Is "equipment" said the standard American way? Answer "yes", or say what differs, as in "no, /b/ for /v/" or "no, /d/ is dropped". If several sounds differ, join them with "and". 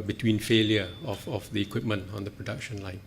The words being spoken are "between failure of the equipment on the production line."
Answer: yes